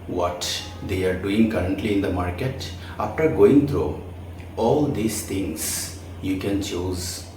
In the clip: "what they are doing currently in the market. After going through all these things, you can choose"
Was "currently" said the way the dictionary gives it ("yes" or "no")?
yes